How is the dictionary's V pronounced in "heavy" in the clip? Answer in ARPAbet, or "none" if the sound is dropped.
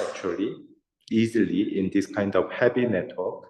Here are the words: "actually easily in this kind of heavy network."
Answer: P